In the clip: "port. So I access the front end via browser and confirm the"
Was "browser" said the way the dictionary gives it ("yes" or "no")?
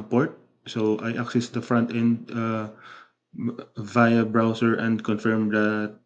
no